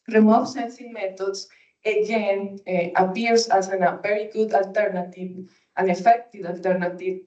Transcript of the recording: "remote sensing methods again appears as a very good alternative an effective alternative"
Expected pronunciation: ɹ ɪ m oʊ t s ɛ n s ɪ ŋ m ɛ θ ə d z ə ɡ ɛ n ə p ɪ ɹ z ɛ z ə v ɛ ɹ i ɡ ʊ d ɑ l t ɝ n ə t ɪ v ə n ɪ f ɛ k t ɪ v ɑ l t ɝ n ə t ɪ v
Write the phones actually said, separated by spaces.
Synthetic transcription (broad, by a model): ɹ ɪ m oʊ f s ɛ n s ɪ ŋ m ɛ t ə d s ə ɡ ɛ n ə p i ɹ s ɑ s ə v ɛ ɹ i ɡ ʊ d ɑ l t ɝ n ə t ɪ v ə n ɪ f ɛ k t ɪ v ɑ l t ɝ n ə t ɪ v